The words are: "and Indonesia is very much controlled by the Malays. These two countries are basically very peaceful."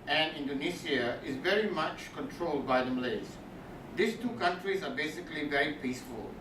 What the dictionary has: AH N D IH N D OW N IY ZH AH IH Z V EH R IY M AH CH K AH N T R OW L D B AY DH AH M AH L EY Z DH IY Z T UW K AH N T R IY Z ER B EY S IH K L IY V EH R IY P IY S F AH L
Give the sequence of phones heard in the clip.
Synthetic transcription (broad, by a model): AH N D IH N D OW N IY S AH IH Z V EH R IY M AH CH K AH N T R OW L D B AY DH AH M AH L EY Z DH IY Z T UW K AH N T R IY Z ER B EY S IH K L IY V EH R IY P IY S F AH L